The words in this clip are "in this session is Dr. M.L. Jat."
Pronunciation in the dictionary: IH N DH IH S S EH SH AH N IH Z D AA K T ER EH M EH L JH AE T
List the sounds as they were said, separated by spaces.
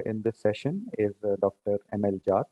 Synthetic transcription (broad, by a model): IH N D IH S S EH SH AH N IH Z D AA K T ER EH M EH L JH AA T